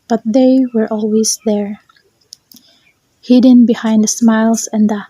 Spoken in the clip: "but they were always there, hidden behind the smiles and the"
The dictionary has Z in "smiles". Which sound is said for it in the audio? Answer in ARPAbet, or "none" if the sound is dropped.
S